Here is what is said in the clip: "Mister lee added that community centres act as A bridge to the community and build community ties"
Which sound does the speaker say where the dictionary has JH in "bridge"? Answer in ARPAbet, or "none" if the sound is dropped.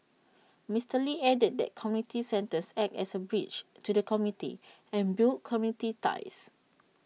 CH